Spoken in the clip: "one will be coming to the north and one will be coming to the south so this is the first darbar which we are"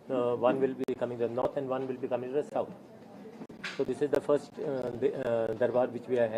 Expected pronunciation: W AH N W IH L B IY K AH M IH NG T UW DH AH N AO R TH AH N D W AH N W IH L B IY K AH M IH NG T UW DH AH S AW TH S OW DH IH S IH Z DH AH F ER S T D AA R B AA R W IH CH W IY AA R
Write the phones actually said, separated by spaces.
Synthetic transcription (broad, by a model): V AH N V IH L B IY K AH M IH NG T UW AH N AO R T AH N D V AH N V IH L B IY K AH M IH NG T UW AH S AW T S OW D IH S IH Z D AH F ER S T D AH R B AA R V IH CH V IY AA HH